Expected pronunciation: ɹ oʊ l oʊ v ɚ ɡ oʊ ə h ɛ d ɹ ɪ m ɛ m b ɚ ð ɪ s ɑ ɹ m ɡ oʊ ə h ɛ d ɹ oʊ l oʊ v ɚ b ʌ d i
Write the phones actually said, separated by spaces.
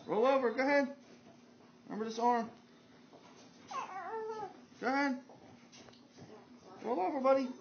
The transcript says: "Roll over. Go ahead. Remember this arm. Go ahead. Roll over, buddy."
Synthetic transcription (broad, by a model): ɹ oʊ l oʊ v ɚ ɡ oʊ h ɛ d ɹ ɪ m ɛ m ɚ ð ɪ s ɑ ɹ m ɡ oʊ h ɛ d ɹ oʊ l oʊ v ɚ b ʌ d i